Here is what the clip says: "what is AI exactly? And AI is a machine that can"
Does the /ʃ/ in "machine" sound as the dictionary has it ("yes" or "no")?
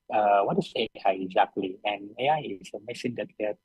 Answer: no